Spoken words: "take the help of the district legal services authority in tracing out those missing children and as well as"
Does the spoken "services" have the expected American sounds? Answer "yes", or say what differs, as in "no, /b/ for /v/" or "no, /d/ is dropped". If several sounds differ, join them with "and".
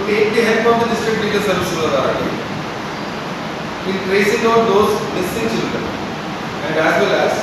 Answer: no, /z/ is dropped